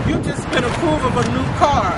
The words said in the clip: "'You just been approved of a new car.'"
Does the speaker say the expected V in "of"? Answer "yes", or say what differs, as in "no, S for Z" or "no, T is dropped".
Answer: yes